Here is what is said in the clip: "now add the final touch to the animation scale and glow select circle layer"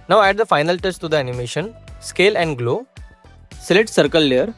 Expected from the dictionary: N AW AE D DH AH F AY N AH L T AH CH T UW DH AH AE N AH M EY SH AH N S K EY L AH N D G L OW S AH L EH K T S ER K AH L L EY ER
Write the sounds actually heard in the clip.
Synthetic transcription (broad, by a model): N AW AE D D AH F AY N AH L T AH S T UW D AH AE N AH M EY SH AH N S K EY L AH N D G L OW S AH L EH T S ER K AH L L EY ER